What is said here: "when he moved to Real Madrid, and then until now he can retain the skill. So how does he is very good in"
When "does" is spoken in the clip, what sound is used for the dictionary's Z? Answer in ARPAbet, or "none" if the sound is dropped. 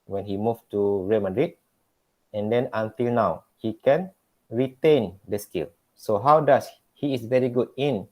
S